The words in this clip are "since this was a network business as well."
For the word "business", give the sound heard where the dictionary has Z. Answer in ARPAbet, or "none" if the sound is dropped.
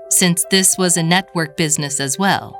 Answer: Z